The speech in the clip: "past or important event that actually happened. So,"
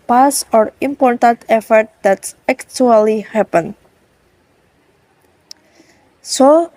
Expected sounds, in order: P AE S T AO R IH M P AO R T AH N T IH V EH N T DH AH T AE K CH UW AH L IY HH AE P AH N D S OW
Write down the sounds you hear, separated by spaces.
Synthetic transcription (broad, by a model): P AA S AO R IH M P AO R T AH N T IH F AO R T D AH T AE K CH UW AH L IY HH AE P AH N S OW